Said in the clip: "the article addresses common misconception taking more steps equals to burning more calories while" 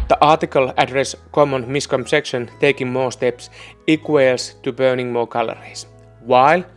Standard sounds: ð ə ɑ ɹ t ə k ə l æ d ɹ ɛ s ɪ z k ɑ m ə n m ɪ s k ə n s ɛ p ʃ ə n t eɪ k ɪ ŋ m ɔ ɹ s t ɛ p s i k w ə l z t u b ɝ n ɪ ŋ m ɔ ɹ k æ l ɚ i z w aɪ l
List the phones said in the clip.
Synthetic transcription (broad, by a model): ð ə ɑ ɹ t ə k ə l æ d ɹ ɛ s k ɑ m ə n m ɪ s k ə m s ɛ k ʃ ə n t eɪ k ɪ ŋ m ɔ s t ɛ p s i k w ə l s t u b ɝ n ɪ ŋ m ɔ k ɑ l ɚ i s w aɪ l